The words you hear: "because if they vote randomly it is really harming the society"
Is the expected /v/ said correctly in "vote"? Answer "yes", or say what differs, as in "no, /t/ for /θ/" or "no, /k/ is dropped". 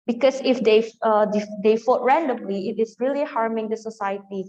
no, /f/ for /v/